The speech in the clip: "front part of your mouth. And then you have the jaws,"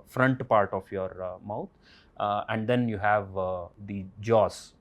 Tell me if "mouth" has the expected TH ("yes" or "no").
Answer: no